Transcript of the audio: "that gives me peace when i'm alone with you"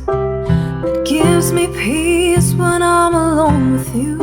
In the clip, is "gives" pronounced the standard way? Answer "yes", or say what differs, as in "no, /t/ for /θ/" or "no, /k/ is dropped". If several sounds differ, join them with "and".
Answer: yes